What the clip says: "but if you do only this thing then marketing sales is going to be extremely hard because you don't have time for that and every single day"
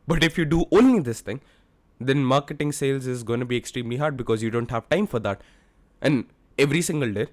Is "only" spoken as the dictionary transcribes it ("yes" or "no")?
yes